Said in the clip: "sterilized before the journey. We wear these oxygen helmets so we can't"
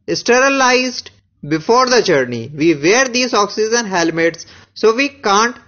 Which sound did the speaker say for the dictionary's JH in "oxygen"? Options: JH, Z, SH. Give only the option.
Z